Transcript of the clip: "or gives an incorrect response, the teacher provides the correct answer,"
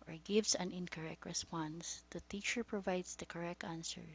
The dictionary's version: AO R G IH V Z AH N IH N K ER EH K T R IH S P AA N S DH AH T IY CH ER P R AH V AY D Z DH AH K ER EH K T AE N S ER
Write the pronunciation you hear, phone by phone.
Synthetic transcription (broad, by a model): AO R G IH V S AH N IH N K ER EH K T R IH S P AA N S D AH T IY CH ER P R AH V AY D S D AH K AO EH K T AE N S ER